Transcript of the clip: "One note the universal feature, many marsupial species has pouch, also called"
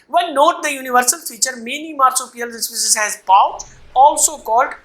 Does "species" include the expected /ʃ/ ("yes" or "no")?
no